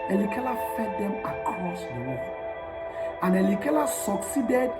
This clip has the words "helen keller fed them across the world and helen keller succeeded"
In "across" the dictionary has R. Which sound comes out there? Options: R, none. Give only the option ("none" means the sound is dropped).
R